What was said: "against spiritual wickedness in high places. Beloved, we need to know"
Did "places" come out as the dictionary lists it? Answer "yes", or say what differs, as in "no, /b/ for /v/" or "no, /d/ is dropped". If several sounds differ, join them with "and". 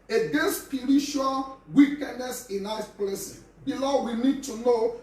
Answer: no, /z/ is dropped